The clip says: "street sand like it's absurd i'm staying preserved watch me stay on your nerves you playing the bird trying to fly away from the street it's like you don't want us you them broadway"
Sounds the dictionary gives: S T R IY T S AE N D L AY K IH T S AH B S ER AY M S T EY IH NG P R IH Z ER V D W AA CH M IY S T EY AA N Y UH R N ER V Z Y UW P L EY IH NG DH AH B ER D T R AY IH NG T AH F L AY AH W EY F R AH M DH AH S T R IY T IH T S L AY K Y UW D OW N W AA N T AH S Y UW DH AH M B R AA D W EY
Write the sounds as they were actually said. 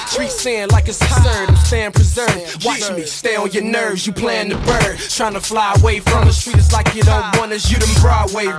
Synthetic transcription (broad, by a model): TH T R IY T S AE N D L AY K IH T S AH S ER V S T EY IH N P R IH Z ER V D W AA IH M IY S T EY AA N Y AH R N ER V Z Y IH P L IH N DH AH B ER D T R AY IH NG T AH F L AY AH W EY F R AH M DH AH S T R IY T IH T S L AY K Y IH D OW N W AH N AH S Y UW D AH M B R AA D W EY